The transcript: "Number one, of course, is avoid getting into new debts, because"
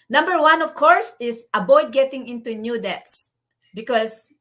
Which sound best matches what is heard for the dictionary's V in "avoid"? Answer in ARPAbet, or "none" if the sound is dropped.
B